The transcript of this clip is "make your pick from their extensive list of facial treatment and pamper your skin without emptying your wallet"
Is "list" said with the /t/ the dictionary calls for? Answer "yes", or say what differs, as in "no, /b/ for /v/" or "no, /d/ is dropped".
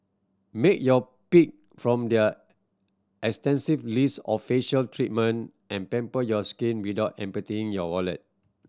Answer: no, /t/ is dropped